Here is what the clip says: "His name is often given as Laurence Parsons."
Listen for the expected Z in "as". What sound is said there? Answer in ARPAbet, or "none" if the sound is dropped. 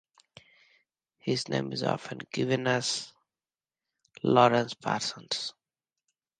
S